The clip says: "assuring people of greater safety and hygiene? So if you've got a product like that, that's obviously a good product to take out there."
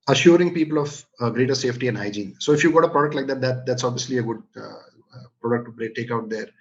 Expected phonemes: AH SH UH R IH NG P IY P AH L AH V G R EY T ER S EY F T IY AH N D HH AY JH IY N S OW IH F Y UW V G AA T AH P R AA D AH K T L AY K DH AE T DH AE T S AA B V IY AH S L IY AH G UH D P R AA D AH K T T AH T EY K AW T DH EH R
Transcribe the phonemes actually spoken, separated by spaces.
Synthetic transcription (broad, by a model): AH SH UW R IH NG P IY P AH L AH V G R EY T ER S EY F T IY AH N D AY JH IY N S OW IH F Y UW G AA T AH P R AA D AH K T L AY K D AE T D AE T S AA B V IY AH S L IY AH G UH D P R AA D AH K T T AH T EY K AW T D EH R